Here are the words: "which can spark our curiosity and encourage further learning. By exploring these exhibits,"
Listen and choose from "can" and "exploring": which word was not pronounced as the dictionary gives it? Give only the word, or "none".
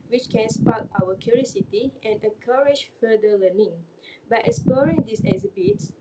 exploring